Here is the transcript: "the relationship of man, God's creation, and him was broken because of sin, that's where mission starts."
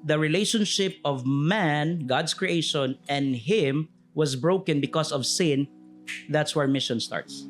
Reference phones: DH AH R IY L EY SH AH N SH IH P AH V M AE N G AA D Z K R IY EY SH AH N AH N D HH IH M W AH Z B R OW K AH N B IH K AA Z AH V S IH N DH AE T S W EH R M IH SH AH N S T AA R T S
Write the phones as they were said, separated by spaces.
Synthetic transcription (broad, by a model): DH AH R IY L EY SH AH N SH IH P AH V M AE N G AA D S K R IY EY SH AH N AH N D HH IH M W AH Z B R OW K AH N B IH K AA S AH V S IH N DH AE T S W EH R M IH SH AH N S T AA R T S